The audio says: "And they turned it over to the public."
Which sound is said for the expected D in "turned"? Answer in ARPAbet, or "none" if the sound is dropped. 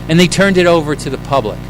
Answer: D